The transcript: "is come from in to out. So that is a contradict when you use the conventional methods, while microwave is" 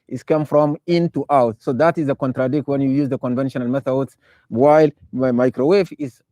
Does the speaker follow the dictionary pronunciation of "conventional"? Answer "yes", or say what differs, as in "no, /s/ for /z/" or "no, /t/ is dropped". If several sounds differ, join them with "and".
yes